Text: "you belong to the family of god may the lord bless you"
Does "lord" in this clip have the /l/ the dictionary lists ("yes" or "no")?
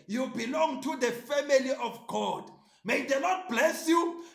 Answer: no